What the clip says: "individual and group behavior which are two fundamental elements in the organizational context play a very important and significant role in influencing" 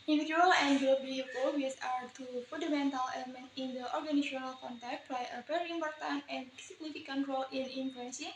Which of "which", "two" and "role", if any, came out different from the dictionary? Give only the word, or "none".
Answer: which